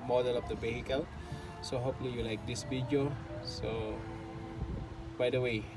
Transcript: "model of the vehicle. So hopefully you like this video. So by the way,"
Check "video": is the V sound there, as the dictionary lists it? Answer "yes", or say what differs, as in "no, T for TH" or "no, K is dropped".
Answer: no, B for V